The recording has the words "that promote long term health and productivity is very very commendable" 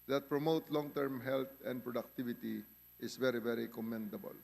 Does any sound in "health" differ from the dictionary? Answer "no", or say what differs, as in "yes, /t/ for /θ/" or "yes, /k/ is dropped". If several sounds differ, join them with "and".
yes, /t/ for /θ/